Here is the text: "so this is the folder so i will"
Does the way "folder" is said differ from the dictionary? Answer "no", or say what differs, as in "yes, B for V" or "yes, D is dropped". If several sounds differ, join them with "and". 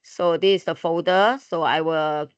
yes, L is dropped